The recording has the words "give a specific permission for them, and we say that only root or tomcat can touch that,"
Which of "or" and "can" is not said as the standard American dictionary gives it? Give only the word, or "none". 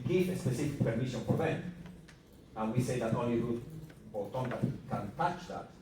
or